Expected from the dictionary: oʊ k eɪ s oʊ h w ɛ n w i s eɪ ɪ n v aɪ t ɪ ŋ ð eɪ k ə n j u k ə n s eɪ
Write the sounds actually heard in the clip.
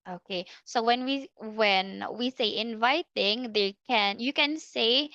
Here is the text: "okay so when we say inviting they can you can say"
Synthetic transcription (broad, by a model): oʊ k eɪ s oʊ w w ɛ n w i s eɪ ɪ n v aɪ t ɪ ŋ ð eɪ k ə n j u k ə n s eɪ